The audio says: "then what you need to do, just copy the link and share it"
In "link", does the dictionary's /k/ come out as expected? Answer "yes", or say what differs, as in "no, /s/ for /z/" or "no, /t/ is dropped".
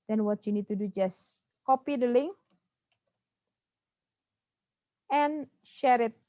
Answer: no, /k/ is dropped